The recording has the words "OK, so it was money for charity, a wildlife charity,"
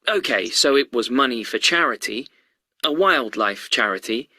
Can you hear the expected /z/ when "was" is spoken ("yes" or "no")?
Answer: yes